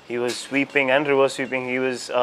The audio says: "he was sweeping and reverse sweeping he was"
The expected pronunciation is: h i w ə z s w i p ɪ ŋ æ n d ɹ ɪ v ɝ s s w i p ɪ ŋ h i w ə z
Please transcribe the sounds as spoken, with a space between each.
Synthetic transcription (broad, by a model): h i w ə z s w i p ɪ ŋ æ n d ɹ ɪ w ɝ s s w i p ɪ ŋ h i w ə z